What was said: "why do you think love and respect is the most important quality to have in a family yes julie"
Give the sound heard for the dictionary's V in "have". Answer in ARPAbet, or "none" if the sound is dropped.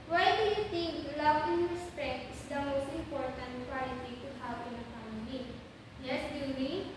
W